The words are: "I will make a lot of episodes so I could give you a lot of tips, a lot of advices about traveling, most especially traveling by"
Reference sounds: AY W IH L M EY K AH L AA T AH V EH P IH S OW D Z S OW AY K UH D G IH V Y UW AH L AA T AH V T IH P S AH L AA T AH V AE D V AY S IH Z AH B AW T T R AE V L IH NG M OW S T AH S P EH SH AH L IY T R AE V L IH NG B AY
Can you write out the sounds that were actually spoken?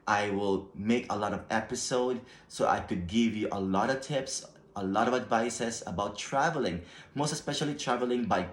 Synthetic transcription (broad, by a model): AY W IH L M EY K AH L AA T AH V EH P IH S OW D S OW AY K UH D G IH V Y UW AH L AA T AH V T IH P S AH L AA T AH V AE D V AY S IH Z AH B AW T T R AE V L IH NG M OW S T AH S P EH SH AH L IY T R AE V L IH NG B AY